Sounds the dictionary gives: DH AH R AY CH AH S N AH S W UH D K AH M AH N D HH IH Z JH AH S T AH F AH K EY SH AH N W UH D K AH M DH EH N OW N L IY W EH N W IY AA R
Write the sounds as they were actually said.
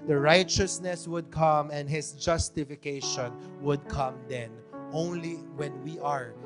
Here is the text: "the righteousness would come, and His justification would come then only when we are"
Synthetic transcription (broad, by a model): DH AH R AY CH AH S N AH S W UH D K AH M AH N D HH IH S JH AH S T AH F AH K EY SH AH N W UH D K AH M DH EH N OW N L IY W EH N W IY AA R